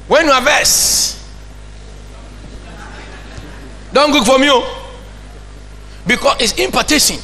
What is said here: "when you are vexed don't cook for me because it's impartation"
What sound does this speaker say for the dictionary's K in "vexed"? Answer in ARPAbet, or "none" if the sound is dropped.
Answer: none